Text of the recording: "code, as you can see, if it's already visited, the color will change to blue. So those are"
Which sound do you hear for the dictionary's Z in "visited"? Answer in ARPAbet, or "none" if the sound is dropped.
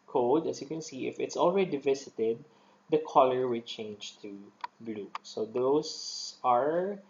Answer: S